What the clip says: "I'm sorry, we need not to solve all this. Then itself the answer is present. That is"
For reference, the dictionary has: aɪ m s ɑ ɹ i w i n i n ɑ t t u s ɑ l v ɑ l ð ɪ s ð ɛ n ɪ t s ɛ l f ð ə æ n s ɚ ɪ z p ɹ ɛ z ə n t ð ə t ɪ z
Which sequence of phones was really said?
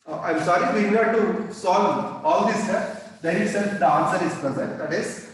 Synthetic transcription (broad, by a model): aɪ m s ɑ ɹ i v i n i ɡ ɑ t t u s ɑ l ɑ l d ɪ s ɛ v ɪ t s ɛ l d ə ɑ n s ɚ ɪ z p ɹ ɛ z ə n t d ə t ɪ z